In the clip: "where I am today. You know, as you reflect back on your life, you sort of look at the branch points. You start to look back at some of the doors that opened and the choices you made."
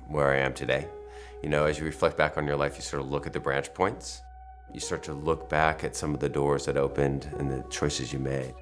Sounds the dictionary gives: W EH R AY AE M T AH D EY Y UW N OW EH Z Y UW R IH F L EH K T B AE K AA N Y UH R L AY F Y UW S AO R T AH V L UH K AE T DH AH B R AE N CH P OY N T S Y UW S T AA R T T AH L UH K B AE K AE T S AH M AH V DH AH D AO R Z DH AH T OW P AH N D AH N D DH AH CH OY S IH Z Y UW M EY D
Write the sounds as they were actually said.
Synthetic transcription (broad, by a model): W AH R AY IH M T AH D EY Y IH N OW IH Z Y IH R IH F L EH K T B AE K N Y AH R L AY F Y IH S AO R T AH L UH K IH T DH AH B R AE N CH P OY N T S Y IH S T AA R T T AH L UH K B AE K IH T S AH M AH V DH AH D AO R Z DH AH T OW P AH N D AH N DH AH CH OY S IH Z Y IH M EY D